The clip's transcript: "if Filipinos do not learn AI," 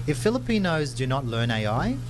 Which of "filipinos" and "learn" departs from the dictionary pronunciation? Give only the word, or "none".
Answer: none